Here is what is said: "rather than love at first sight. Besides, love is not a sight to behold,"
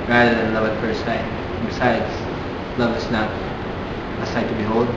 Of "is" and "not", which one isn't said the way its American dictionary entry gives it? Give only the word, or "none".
is